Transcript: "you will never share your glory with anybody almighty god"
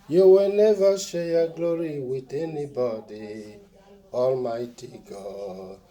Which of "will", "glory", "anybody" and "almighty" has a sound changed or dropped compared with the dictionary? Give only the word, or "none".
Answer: none